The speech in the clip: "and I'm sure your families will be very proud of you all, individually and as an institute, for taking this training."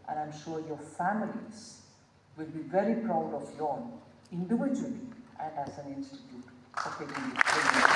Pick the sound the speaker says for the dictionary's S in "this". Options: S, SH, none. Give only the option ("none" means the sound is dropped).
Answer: none